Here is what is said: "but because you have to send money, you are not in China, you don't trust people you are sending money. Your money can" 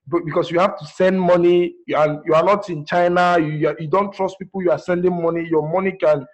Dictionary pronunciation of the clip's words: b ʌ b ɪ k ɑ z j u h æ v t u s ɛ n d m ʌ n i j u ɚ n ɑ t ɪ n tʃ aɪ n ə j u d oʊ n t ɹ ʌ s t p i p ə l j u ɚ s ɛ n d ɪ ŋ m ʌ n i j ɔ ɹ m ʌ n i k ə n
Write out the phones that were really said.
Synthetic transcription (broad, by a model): b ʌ b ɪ k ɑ s j u h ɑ f t u s ɛ n d m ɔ n i j u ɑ n ɑ t ɪ n tʃ aɪ n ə j u d oʊ n t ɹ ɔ s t p i p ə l j u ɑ s ɛ n d ɪ ŋ m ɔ n i j ɔ m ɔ n i k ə n